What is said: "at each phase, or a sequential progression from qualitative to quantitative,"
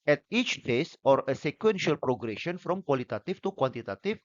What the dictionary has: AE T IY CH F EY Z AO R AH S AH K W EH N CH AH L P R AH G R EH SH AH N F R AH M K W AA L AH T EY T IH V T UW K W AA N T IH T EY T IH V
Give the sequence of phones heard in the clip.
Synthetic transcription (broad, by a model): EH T IY CH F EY S AO R AH S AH K W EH N SH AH L P R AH G R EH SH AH N F R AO M K W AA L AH T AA T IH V T UW K W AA N T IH T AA T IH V